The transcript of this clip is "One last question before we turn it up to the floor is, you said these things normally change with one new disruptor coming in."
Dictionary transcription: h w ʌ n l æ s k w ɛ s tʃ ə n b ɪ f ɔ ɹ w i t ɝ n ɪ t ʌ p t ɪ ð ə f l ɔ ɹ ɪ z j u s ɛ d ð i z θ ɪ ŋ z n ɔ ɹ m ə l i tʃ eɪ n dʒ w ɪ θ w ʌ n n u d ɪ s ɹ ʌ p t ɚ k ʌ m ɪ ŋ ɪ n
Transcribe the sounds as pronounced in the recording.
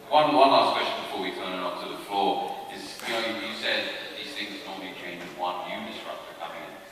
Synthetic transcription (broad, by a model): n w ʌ n l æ s k w ɛ s tʃ ə n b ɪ f ɔ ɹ w i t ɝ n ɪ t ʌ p t ɪ ð ə f l ɔ ɹ ɪ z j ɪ s ɛ d ð i z θ ɪ ŋ z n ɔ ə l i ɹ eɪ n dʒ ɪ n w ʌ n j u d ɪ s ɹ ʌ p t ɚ k ʌ m ɪ ŋ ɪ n